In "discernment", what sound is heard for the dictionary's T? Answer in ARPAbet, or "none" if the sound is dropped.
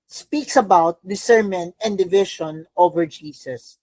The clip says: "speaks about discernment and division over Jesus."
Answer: none